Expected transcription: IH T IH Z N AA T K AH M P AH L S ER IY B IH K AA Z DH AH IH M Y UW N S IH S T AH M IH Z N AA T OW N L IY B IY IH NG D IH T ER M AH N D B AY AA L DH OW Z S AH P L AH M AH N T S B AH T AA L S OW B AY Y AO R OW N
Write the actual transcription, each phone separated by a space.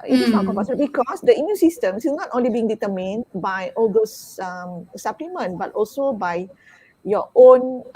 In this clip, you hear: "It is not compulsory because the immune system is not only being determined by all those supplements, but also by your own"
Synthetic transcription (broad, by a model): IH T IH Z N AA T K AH P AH S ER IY B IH K AA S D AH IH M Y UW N S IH S T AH M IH N AA T OW N L IY B IY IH NG D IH T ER M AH N B AY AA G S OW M S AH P L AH M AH N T B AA T AA L S OW B AY Y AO OW N